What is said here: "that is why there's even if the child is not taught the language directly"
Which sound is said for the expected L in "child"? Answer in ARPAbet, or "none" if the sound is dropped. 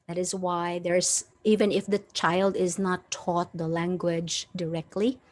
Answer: L